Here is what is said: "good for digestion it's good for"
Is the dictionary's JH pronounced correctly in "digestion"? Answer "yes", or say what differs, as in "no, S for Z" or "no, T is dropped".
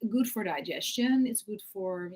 yes